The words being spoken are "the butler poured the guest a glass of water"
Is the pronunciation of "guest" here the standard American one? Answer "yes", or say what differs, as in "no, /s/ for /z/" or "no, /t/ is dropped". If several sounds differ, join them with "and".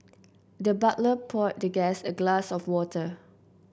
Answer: no, /t/ is dropped